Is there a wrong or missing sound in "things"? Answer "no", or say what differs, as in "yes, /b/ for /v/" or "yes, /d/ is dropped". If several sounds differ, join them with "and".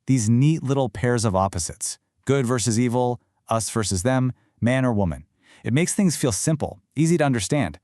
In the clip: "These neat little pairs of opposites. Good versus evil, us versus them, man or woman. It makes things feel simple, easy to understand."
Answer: no